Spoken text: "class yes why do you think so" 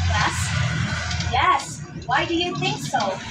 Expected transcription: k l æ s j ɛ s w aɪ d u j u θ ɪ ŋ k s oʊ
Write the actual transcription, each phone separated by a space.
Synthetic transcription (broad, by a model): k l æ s j ɛ s w aɪ d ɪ j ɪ θ ɪ ŋ k s oʊ